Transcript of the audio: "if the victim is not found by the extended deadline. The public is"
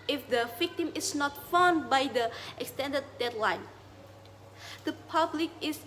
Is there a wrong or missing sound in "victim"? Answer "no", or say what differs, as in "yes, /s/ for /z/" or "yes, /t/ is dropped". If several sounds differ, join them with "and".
no